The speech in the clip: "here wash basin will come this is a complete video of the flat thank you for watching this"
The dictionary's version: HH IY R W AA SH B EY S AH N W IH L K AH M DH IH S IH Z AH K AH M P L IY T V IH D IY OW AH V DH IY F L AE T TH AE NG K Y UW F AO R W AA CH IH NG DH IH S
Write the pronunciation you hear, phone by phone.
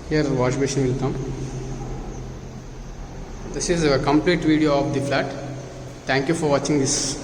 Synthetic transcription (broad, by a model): HH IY R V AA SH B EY SH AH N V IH L K AH M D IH S IH Z AH K AH M P L IY T V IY D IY OW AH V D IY F L AE T T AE NG K Y UW F AO R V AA CH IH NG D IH S